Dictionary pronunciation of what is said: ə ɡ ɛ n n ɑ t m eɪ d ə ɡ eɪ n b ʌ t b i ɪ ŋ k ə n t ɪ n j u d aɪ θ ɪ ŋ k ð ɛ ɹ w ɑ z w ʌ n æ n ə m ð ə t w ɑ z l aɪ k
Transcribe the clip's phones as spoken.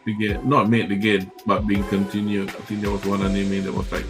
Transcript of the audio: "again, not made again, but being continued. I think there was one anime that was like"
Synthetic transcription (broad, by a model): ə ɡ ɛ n n ɑ t m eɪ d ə ɡ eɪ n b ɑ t b i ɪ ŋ k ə n t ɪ n j u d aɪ t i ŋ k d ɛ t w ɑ s w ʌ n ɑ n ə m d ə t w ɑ s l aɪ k